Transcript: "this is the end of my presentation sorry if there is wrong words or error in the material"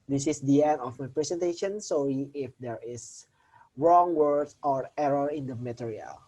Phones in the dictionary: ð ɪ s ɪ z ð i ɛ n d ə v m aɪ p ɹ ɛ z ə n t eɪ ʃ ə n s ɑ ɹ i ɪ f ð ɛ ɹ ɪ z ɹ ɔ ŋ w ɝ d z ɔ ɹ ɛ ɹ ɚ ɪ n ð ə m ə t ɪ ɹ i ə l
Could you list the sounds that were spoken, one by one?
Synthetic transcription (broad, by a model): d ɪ s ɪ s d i ɛ n d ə f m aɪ p ɹ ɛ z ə n t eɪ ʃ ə n s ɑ l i ɪ f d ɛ ɹ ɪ s ɹ ɔ ŋ w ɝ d ɔ ɹ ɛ ɹ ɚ ɪ n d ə m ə t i ɹ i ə l